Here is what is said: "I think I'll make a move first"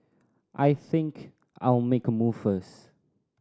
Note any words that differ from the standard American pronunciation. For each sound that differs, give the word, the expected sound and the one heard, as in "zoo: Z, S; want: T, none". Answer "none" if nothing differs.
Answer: first: T, none